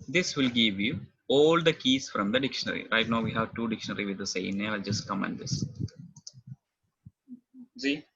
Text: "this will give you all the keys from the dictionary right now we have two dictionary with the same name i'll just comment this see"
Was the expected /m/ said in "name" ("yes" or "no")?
no